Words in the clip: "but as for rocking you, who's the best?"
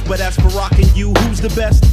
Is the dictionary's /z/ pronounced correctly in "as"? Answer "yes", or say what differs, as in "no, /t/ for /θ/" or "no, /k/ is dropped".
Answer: no, /s/ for /z/